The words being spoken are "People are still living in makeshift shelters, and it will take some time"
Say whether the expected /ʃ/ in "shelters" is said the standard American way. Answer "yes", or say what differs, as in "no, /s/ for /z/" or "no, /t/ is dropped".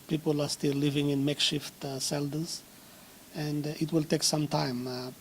no, /s/ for /ʃ/